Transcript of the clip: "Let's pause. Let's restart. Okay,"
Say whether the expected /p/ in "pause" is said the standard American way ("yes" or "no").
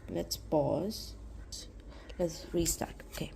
no